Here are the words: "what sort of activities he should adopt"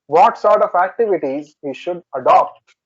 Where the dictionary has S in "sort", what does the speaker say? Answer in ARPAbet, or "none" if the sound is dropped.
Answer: S